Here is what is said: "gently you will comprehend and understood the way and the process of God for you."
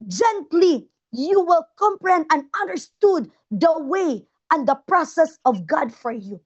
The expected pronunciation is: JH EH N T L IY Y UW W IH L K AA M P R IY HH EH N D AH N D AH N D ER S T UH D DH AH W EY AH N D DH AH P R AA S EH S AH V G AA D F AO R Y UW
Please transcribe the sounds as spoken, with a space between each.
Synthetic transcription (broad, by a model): JH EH N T L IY Y UW W IH L K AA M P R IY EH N AH N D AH N D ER S T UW D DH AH W EY AH N D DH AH P R AA S EH S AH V G AA D F AO R Y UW